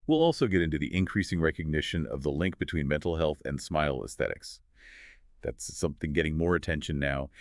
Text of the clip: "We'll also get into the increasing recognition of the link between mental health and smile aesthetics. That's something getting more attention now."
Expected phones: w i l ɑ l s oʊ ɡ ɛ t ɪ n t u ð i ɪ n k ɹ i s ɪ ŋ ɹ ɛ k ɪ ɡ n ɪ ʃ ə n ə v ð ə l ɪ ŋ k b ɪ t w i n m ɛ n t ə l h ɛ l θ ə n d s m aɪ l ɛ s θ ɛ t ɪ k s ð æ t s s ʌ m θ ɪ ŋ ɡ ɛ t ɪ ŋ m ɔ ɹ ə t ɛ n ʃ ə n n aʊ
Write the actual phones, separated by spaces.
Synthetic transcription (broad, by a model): w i l ɑ l s oʊ ɡ ɛ t ɪ n t u ð i ɪ n k ɹ i s ɪ ŋ ɹ ɛ k ɪ ɡ n ɪ ʃ ə n ə v ð ə l ɪ ŋ k b ɪ t w i n m ɛ n t l h ɛ l θ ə n s m aɪ l ɛ s θ ɛ t ɪ k s ð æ t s s ʌ m θ ɪ ŋ ɡ ɛ t ɪ ŋ m ɔ ɹ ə t ɛ n ʃ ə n n aʊ